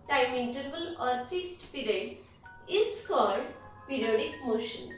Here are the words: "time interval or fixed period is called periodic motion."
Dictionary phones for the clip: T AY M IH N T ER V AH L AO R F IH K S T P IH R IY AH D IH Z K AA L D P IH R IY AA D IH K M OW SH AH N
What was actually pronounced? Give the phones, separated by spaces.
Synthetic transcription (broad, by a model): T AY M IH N T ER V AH L AO R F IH K S T P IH R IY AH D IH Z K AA D P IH R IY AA D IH K M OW SH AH N